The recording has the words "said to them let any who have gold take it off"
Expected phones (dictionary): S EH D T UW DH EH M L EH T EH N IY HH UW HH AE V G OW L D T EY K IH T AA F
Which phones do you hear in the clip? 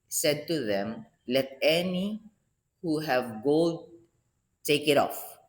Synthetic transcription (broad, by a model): S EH D T UW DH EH M L EH T EH N IY HH UW HH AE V G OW D T EY K IH T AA F